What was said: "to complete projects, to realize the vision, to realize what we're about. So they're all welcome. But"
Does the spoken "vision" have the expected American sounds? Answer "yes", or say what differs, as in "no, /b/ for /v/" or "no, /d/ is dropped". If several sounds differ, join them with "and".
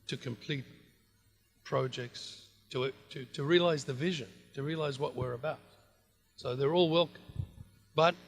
yes